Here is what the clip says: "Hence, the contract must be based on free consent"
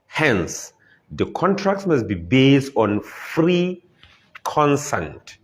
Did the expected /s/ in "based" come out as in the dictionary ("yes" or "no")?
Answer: yes